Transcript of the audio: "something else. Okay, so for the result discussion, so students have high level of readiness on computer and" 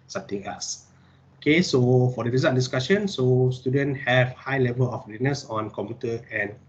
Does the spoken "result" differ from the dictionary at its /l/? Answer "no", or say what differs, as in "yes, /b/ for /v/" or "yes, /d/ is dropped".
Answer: yes, /l/ is dropped